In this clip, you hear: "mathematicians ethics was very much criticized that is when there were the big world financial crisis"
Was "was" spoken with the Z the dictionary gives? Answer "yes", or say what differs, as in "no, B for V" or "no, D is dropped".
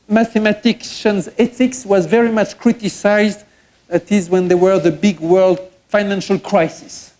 yes